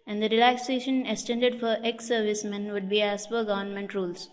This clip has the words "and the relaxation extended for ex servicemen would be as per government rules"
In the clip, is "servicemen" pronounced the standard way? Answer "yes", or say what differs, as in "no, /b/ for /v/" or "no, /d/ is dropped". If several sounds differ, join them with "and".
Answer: yes